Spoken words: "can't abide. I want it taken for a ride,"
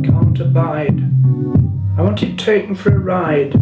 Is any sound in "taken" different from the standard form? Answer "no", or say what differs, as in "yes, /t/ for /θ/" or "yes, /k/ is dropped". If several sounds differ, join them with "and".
yes, /k/ is dropped